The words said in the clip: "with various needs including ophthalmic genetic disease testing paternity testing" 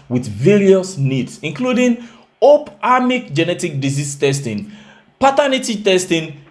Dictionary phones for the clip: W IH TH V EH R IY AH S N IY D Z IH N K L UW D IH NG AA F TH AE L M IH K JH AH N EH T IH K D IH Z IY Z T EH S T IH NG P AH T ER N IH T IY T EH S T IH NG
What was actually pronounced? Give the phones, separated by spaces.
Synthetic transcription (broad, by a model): W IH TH V EH R IY AH S N IY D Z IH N K L UW D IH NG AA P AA M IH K JH AH N EH T IH K D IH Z IY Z T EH S T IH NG P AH T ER N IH T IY T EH S T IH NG